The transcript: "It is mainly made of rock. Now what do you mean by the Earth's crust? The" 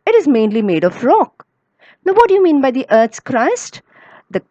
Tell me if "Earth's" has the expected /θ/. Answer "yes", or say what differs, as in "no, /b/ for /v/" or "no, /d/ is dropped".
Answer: no, /t/ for /θ/